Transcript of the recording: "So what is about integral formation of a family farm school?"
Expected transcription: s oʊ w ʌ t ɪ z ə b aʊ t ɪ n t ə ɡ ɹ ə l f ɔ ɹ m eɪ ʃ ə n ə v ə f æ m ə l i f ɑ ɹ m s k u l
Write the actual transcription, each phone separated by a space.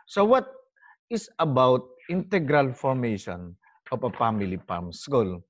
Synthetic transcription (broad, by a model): s oʊ w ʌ t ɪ s ə b aʊ t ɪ n t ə ɡ ɹ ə l f ɔ ɹ m eɪ ʃ ə n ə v ə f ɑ m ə l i p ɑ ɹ m s k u l